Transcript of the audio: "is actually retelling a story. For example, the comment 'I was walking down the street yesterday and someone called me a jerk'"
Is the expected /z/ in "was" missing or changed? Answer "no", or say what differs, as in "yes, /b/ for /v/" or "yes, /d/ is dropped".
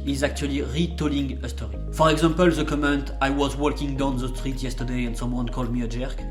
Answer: no